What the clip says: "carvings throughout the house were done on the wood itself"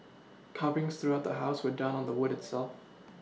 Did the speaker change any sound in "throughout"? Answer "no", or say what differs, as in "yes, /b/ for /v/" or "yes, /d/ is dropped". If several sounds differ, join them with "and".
no